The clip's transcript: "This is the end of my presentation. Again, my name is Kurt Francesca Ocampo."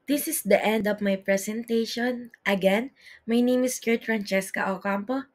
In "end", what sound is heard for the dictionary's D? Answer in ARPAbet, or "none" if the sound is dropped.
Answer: D